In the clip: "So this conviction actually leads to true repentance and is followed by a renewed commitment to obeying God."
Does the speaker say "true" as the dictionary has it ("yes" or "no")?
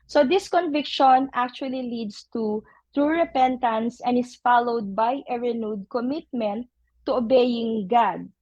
yes